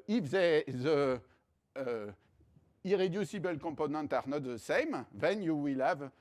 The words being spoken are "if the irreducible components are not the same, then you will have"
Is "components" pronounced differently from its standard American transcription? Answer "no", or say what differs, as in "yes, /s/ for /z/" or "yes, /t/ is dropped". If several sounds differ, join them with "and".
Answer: yes, /m/ is dropped and /s/ is dropped